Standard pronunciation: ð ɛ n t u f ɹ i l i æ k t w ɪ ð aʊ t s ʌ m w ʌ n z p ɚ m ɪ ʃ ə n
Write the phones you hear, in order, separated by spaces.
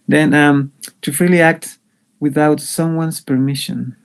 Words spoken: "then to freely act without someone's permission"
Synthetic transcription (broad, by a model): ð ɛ n t u f ɹ i l i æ k t w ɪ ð aʊ t s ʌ m w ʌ n s p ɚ m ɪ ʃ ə n